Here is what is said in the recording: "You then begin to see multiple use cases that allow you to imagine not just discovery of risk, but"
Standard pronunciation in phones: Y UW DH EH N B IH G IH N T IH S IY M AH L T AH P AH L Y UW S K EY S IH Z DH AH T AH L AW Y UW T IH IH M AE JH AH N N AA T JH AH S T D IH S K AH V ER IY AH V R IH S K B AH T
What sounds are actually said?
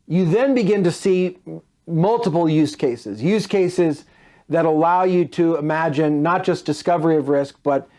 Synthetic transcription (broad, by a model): Y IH DH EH N B IH G IH N T IH S IY M AH L T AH P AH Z Y UW S K EY S IH Z DH AH T AH L AW Y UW T IH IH M AE JH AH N N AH T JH AH S D IH S K AH V ER IY AH V R IH S K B AH T